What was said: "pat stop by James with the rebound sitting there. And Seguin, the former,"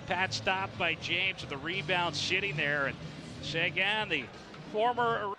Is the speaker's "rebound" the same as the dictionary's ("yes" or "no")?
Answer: yes